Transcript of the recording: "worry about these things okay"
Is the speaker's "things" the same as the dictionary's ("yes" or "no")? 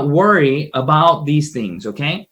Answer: yes